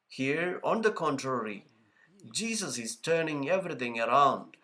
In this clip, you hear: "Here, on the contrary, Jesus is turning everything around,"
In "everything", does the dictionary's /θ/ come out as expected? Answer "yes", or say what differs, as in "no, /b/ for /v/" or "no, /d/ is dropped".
no, /t/ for /θ/